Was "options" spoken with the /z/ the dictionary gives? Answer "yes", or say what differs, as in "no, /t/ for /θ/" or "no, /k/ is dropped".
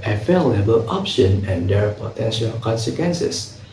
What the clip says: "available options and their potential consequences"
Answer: no, /z/ is dropped